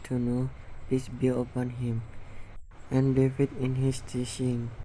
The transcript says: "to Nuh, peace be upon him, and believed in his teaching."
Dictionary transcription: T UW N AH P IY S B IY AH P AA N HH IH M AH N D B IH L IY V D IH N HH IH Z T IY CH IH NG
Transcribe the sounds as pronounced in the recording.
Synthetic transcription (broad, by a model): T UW N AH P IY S B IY AH P AA N HH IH M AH N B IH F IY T IH N HH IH S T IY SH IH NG